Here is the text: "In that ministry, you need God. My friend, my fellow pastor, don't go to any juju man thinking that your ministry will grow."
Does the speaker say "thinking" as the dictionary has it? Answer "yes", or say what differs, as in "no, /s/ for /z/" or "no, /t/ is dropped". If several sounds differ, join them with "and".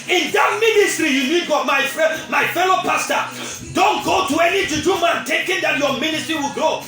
no, /t/ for /θ/ and /ŋ/ is dropped